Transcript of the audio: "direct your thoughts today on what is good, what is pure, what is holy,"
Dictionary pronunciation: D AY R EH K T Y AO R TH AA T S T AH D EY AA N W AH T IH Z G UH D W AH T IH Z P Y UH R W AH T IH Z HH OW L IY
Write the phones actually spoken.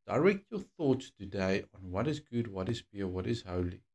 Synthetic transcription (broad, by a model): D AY R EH K T Y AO TH AA T S T AH D EY AA N W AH T IH Z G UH D W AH T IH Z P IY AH W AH T IH Z HH OW L IY